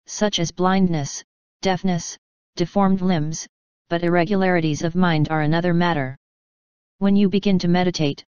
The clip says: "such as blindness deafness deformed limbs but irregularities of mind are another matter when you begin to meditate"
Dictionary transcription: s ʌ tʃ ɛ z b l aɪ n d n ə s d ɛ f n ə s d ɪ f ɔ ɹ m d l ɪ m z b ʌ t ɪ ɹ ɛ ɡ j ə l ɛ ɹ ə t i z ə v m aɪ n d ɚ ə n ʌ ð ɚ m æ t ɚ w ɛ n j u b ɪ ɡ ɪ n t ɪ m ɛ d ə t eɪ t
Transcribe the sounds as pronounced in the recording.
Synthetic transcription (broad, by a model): s ʌ tʃ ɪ z b l aɪ n d n ə s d ɛ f n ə s d ɪ f ɔ ɹ m d l ɪ m z b ʌ t ɪ ɹ ɛ ɡ j ə l ɛ ɹ ə t i z ə v m aɪ n d ɚ ə n ʌ ð ɚ m æ t ɚ w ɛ n j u b ɪ ɡ ɪ n t ɪ m ɛ d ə t eɪ t